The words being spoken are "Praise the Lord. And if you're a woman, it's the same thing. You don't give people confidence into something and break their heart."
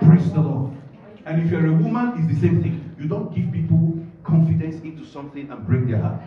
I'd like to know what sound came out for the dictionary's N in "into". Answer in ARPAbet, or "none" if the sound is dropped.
N